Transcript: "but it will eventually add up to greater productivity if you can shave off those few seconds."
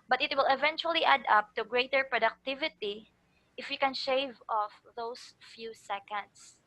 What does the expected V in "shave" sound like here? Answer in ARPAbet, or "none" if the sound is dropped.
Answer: V